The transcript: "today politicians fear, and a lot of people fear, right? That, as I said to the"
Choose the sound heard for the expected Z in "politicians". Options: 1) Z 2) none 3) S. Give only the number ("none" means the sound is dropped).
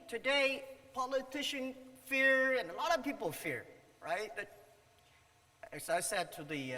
2